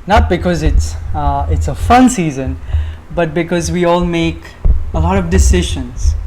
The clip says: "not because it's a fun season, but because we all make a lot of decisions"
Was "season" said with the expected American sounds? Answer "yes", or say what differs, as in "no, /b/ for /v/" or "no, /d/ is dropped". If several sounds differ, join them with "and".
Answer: yes